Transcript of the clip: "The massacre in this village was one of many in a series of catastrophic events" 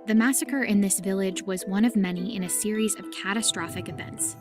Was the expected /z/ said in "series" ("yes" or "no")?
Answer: yes